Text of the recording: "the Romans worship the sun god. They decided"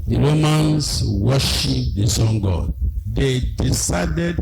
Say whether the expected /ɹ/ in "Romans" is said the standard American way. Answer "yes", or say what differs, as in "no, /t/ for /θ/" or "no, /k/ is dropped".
no, /l/ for /ɹ/